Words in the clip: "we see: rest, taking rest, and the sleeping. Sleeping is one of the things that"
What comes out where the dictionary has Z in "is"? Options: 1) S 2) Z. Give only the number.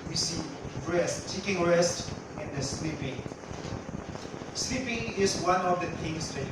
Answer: 1